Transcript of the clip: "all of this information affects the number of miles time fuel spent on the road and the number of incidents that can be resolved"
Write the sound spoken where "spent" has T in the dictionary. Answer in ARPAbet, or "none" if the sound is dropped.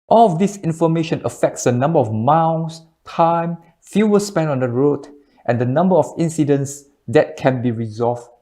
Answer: none